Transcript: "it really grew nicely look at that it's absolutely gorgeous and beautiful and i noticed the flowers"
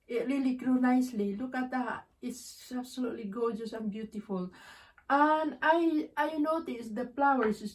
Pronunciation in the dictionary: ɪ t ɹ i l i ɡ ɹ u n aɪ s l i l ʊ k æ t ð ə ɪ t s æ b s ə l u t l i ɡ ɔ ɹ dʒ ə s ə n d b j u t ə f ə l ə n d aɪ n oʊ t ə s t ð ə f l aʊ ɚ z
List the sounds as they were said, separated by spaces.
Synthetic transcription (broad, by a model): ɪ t ɹ i l i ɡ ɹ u n aɪ s l i l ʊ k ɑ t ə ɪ s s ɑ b s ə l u t l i ɡ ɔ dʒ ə s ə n b j u t ə f ə l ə n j aɪ n oʊ t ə s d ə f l aʊ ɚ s